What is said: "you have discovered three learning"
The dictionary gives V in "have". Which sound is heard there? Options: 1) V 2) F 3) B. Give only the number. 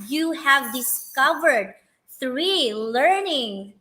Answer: 1